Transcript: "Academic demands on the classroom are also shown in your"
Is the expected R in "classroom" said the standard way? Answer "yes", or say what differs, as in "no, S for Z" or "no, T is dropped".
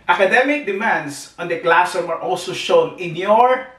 no, R is dropped